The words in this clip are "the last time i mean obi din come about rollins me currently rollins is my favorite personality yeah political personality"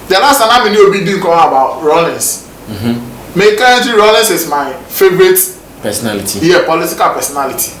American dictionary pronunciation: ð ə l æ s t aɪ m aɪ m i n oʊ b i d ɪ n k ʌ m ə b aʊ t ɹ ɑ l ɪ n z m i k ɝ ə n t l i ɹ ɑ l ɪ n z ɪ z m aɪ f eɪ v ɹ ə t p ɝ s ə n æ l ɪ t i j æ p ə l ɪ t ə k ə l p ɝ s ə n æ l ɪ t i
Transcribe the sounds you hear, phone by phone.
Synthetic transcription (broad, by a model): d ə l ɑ s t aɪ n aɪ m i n oʊ b i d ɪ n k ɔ ə b aʊ t ɹ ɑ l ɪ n s m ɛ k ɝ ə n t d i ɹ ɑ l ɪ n s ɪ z m aɪ f eɪ v ɹ ə t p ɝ s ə n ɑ l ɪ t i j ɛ p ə l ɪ t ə k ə l p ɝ s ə n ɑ l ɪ t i